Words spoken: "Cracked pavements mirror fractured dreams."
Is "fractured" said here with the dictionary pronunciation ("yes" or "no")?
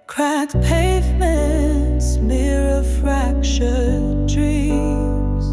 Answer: no